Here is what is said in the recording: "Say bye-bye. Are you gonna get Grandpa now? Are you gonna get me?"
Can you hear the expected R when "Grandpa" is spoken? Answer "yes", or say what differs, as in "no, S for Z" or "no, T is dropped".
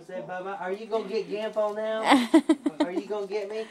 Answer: no, R is dropped